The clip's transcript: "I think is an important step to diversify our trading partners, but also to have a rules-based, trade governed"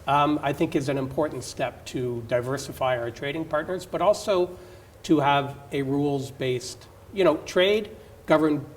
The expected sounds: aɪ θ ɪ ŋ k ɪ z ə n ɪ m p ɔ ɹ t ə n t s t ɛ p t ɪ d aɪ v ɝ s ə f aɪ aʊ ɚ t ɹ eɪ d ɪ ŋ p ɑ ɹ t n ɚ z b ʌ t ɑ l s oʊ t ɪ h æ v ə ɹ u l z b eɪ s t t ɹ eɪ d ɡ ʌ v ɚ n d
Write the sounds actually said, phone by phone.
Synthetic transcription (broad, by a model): aɪ θ ɪ ŋ k ɪ z ə n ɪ m p ɔ ɹ t n t s t ɛ p t ɪ d aɪ v ɝ s ə f aɪ aʊ ɚ t ɹ eɪ d ɪ ŋ p ɑ ɹ t n ɚ z b ʌ t ɑ l s oʊ t ɪ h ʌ v ə ɹ u l z b eɪ s t t ɹ eɪ d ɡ ʌ v ɚ n